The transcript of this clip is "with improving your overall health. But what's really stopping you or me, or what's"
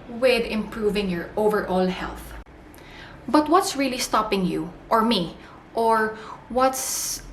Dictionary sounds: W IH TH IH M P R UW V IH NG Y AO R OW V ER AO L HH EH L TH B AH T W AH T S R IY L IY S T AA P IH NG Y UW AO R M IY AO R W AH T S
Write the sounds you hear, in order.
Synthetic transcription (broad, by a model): W IH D IH M P R UW V IH NG Y AO R OW V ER AO L HH EH L TH B AH T W AH T S R IY L IY S T AA P IH NG Y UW AO R M IY AO R W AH T S